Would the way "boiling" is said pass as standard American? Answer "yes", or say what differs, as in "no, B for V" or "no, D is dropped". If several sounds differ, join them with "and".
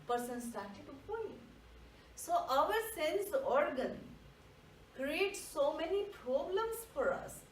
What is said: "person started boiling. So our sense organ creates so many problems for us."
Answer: no, L is dropped